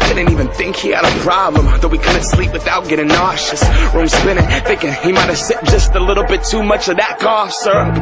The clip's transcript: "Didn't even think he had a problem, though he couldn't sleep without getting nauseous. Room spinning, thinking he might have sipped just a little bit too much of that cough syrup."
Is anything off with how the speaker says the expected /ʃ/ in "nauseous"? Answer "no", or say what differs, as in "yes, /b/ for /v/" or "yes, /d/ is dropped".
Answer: no